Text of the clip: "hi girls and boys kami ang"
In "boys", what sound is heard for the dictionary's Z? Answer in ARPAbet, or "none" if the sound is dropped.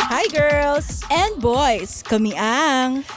S